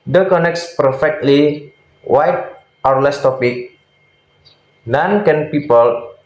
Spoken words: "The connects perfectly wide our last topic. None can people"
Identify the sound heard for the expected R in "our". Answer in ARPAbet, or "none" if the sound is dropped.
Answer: R